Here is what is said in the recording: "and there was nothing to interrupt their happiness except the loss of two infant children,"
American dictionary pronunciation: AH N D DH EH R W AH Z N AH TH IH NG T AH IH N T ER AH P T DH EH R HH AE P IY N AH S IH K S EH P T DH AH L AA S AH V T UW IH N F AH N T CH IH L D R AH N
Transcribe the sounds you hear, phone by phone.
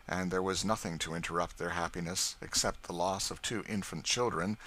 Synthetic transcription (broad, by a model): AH N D DH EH R W AH Z N AH TH IH NG T AH IH N T ER AH P T DH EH R HH AE P IY N AH S IH K S EH P T DH AH L AA S AH V T UW IH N F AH N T CH IH L D R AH N